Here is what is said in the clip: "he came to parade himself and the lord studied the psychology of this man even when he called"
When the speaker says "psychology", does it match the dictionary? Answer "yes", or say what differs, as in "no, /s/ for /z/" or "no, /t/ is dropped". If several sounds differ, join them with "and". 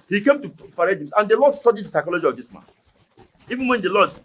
yes